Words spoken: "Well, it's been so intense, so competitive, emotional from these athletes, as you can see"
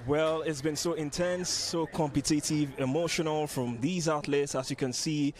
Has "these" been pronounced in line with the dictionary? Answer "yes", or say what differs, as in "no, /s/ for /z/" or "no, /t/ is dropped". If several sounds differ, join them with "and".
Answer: yes